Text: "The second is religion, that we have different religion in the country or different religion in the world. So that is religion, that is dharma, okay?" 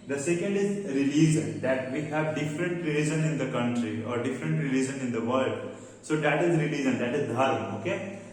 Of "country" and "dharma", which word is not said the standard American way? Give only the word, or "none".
dharma